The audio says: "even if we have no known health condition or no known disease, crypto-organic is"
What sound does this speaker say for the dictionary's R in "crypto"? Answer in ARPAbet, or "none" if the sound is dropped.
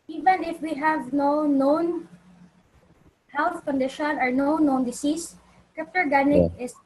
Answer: none